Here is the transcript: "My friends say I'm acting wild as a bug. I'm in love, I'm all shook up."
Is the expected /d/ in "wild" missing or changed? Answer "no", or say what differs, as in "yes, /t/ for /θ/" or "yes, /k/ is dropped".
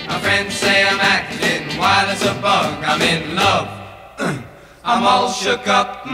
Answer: yes, /d/ is dropped